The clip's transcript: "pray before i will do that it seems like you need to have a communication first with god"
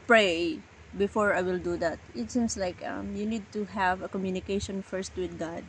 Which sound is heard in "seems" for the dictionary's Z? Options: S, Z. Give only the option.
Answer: S